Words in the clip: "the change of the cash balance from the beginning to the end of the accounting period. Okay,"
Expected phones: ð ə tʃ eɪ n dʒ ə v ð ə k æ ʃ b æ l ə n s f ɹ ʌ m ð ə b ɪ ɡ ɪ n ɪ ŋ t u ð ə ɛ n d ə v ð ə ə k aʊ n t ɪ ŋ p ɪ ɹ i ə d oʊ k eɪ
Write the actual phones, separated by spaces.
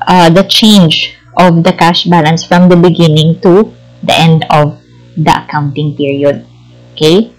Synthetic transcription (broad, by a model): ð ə tʃ eɪ n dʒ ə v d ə k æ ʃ b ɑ l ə n s f ɹ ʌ m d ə b ɪ ɡ ɪ n ɪ ŋ t u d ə ɛ n d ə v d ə ə k aʊ n t ɪ ŋ p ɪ ɹ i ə d oʊ k eɪ